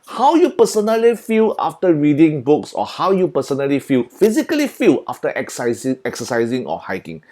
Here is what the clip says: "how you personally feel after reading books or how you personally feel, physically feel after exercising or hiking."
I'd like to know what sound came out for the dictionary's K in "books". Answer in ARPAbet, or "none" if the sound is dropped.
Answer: K